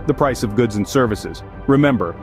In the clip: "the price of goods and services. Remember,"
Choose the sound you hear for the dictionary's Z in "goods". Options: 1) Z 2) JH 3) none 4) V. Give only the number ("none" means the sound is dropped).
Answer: 1